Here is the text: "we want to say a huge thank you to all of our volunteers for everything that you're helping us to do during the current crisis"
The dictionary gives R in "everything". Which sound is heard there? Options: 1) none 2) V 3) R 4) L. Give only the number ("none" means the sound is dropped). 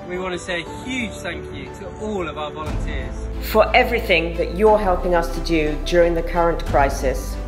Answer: 3